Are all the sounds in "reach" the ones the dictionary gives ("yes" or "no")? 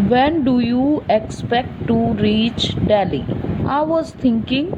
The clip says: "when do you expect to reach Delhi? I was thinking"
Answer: yes